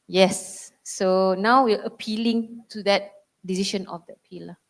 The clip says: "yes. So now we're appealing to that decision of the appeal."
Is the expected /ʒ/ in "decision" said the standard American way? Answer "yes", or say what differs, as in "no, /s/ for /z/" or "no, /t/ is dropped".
no, /ʃ/ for /ʒ/